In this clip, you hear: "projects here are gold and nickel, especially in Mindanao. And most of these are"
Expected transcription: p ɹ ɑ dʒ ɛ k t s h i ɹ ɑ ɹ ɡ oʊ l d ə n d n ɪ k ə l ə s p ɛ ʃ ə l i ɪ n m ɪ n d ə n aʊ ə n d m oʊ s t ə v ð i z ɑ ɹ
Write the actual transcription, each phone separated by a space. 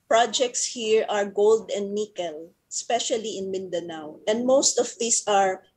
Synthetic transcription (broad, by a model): p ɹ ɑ dʒ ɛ k t s h i ɹ ɑ ɹ ɡ oʊ l d ə n d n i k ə l ə s p ɛ ʃ ə l i ɪ n m ɪ n d ə n aʊ ə n d m oʊ s t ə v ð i s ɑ ɹ